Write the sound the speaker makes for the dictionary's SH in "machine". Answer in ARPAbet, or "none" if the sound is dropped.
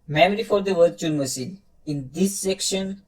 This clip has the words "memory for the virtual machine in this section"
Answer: S